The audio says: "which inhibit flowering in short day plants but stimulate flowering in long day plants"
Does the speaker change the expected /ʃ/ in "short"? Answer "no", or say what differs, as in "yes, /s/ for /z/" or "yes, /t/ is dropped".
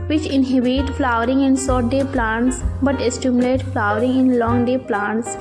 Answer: yes, /s/ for /ʃ/